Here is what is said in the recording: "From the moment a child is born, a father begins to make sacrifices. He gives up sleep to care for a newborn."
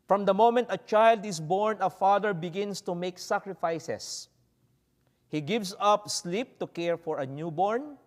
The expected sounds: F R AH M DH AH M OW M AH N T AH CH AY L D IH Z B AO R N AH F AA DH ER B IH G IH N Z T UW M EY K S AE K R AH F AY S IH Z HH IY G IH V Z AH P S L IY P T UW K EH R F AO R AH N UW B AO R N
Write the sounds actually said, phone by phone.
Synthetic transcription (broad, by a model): F R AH M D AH M OW M AH N T AH CH AY L D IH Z B AO R N AH F AA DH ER B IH G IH N S T UW M EY K S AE K R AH F AY S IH S HH IY G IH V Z AH P S L IY P T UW K EH R F AO R AH N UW B AO R N